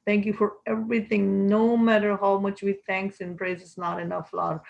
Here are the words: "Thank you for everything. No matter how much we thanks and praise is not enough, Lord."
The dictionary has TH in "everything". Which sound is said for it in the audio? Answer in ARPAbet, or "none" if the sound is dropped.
T